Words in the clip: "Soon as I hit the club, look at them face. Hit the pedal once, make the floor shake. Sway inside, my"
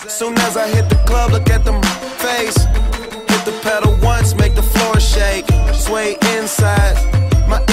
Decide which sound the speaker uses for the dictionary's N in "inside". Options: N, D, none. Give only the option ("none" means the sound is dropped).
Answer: N